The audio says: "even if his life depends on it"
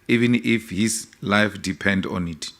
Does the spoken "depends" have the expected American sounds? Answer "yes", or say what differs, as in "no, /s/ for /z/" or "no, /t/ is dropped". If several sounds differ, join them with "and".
no, /z/ is dropped